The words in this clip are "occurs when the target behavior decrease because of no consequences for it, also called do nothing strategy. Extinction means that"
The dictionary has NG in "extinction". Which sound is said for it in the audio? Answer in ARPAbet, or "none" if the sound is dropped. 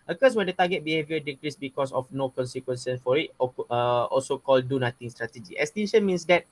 none